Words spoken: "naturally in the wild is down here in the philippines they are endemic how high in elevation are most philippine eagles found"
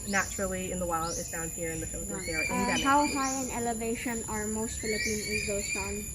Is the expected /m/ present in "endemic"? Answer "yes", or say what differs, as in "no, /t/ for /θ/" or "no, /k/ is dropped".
no, /m/ is dropped